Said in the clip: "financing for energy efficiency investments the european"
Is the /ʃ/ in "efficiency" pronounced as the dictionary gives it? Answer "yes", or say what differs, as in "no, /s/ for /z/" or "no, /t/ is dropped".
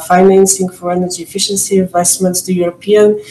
yes